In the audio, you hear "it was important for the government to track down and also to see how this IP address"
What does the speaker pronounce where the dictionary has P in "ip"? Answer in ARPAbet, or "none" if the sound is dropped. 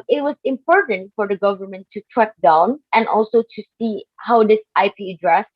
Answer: P